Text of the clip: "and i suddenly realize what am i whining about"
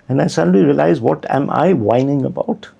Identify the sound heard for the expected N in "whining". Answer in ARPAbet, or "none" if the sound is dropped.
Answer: N